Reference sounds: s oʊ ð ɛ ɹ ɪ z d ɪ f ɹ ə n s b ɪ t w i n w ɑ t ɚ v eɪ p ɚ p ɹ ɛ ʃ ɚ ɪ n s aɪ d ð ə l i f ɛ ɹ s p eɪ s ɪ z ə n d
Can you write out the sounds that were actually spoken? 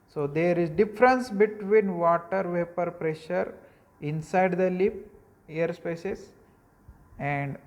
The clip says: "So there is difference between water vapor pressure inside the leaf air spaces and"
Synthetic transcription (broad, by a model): s oʊ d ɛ ɹ ɪ z d ɪ f ɹ ə n s b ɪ t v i n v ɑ t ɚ v eɪ p ɚ p ɹ ɛ ʃ ɚ ɪ n s aɪ d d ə l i p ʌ ɹ s p eɪ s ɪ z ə n d